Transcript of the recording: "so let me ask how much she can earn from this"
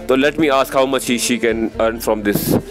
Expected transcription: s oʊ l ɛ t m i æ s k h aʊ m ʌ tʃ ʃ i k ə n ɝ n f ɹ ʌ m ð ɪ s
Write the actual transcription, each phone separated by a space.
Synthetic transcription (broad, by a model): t oʊ l ɛ t m i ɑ s k h aʊ m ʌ tʃ ʃ i k ə n ɝ n f ɹ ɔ m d ɪ s